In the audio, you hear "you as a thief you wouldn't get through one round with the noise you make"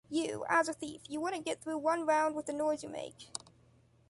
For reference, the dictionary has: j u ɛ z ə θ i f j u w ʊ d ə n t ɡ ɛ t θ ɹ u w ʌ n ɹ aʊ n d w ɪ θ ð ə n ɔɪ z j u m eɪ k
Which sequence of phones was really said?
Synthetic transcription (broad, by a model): j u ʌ z ə θ i f j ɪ w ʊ d n ɡ ɛ t θ ɹ u w ʌ n ɹ aʊ n d w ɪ ð ə n ɔɪ z j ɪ m eɪ k